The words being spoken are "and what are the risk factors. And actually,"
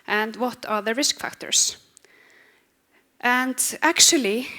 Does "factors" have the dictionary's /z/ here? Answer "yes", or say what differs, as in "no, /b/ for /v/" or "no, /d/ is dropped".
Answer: no, /s/ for /z/